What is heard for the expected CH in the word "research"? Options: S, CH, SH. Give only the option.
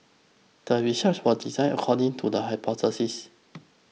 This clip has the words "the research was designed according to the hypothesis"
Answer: S